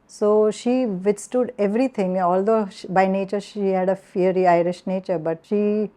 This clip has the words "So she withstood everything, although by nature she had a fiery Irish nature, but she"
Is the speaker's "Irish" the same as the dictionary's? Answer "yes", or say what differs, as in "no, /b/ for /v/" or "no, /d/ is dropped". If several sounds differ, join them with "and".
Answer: yes